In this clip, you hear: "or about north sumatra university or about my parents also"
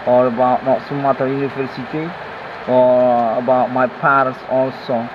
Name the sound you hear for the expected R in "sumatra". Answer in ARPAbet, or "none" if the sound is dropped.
none